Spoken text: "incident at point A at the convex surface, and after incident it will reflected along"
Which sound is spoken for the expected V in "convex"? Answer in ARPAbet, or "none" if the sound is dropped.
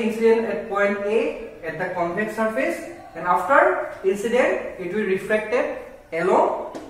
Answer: P